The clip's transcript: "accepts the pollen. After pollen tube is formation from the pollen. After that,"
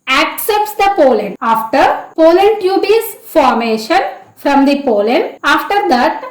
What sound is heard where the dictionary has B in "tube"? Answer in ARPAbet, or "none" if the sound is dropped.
B